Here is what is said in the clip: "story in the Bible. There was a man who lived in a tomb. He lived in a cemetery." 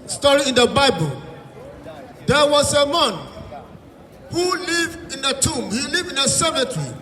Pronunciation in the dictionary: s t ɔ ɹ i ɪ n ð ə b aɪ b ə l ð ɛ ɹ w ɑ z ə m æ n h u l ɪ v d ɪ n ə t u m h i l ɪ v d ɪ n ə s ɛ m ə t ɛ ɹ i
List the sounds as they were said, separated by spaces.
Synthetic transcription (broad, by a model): s t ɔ ɹ i ɪ n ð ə b aɪ b ə l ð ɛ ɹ w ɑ s ə m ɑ n h u l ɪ v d ɪ n ə t u m h i l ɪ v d ɪ n ə s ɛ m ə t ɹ i